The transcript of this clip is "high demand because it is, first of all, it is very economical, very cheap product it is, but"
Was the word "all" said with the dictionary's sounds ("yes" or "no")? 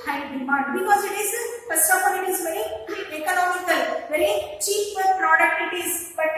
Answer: no